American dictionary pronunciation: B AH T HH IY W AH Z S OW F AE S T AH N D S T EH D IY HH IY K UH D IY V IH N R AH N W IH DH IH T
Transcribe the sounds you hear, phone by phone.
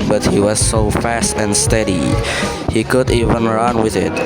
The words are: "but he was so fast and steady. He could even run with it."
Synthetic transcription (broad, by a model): B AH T HH IY W AH Z S OW F AE S T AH N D S T EH D IY HH IY K UH D IY V IH N R AH N W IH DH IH T